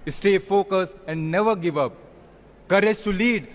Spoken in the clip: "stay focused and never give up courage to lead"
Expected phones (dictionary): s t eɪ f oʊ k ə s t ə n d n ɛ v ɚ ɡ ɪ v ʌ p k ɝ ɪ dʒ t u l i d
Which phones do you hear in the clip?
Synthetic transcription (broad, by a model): s t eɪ f oʊ k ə s ə n d n ɛ v ɚ ɡ ɪ v ʌ p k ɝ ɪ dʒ t u l i d